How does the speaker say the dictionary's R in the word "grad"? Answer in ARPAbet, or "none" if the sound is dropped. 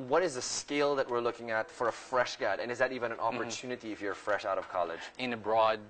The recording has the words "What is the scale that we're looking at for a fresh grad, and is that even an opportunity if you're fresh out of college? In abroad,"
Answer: none